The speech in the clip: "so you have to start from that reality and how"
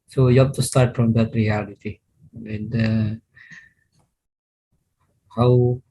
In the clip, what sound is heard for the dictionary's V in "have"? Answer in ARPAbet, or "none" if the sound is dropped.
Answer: P